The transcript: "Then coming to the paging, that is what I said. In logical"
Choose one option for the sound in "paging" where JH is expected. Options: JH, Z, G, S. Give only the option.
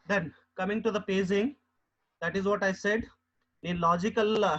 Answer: Z